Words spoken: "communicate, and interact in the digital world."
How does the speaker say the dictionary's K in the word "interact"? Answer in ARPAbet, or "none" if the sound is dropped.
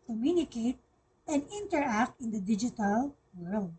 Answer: K